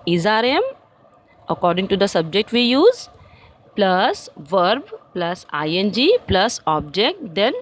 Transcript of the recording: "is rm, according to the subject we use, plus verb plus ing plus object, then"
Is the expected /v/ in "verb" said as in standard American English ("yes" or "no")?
yes